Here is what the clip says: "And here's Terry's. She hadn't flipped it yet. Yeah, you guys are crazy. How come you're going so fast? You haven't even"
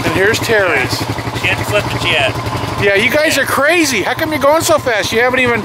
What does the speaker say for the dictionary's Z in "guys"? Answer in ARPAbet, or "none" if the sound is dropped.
Z